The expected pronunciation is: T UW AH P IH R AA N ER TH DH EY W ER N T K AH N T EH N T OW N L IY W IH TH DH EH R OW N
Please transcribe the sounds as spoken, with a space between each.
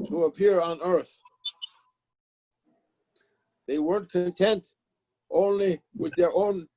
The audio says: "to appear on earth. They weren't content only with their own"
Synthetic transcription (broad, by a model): T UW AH P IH R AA N ER TH DH EY W ER N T K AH N T EH N T OW N L IY W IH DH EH R OW N